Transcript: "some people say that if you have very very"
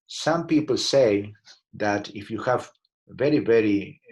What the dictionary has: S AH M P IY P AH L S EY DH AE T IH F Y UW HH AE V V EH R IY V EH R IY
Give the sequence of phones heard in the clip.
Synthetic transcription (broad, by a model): S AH M P IY P AH L S EY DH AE T IH F Y UW HH AE V V EH R IY V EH R IY